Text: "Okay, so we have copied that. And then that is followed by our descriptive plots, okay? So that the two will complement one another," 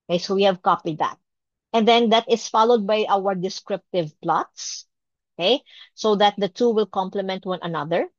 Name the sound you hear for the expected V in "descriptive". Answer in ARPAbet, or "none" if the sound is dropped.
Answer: V